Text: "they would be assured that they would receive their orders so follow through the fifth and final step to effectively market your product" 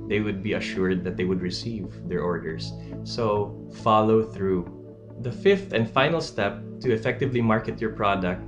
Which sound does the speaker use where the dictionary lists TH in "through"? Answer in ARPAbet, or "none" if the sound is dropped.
TH